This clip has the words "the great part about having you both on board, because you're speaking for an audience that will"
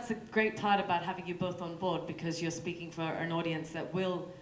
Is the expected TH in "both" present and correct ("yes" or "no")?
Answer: yes